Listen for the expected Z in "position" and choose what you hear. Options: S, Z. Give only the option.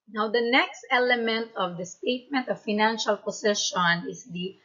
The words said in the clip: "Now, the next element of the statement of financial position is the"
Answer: S